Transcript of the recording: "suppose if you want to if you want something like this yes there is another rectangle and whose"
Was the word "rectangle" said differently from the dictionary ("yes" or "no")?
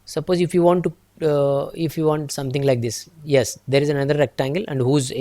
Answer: no